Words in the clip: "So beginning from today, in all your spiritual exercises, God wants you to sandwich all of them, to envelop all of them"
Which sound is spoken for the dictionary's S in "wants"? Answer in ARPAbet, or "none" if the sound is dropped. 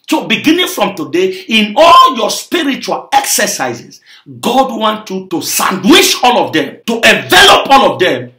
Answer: none